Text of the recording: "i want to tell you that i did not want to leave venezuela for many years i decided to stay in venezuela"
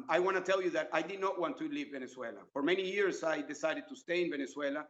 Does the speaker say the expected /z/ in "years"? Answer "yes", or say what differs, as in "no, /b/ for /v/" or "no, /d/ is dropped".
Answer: no, /s/ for /z/